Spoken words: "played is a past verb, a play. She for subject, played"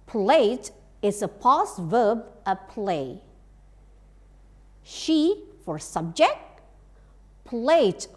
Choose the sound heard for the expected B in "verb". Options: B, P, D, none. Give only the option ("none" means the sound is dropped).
B